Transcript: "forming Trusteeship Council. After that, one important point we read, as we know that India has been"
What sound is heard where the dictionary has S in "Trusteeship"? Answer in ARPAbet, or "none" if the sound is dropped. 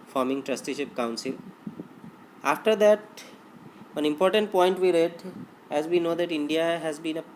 S